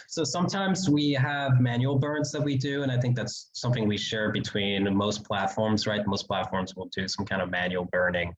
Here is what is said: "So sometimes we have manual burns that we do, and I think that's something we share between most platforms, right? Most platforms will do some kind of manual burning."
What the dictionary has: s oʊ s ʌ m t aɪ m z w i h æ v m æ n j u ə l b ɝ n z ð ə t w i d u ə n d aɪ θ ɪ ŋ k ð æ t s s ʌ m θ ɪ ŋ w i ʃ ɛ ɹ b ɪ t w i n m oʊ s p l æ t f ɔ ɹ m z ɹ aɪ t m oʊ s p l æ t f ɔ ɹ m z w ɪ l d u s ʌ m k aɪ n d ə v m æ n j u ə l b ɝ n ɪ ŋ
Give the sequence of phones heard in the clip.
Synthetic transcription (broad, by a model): s oʊ s ʌ m t aɪ m z w i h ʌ v m æ n j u l b ɝ n z ð ə t w i d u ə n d aɪ θ ɪ ŋ k ð æ t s s ʌ m θ ɪ ŋ w i ʃ ɛ ɹ b ɪ t w i n m oʊ s p l æ t f ɔ ɹ m z ɹ aɪ t m oʊ s p l æ t f ɔ ɹ m z w ɪ l d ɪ s ʌ m k aɪ n d ə v m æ n j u l b ɝ n ɪ ŋ